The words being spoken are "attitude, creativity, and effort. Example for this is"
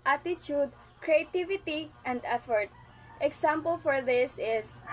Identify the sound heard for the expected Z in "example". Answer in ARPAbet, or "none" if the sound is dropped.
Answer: S